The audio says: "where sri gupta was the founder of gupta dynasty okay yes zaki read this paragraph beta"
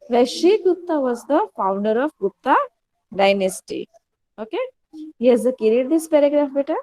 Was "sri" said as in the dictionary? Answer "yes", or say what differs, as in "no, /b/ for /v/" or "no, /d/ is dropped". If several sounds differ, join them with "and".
no, /ɹ/ is dropped